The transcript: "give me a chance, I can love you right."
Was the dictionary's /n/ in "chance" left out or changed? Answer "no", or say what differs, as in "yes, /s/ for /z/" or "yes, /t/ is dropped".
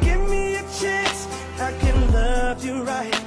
yes, /n/ is dropped